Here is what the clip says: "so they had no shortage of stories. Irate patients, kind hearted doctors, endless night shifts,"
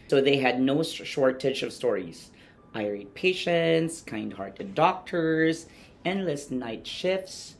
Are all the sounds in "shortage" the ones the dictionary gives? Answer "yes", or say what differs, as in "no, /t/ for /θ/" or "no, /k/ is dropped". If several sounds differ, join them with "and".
no, /tʃ/ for /dʒ/